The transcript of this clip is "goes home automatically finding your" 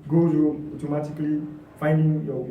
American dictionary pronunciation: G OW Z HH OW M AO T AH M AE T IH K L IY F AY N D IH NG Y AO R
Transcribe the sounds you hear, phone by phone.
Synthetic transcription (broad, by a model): G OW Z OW AO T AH M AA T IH K L IY F AY N D IH NG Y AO